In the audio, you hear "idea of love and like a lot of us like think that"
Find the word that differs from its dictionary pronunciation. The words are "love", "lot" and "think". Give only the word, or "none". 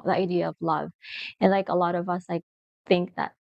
none